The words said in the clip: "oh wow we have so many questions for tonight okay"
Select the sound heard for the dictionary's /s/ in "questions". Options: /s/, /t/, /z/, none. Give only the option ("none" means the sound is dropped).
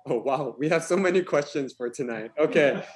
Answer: /s/